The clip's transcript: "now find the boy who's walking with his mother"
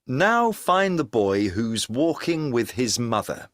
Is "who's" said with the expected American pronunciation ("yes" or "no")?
yes